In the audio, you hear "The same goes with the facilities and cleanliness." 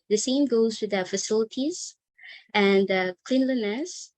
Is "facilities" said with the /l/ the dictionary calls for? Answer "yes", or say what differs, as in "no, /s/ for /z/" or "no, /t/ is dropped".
yes